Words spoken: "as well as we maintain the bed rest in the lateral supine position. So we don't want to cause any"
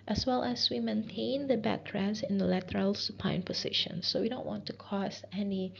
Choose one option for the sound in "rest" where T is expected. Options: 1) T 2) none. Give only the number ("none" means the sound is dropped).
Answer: 2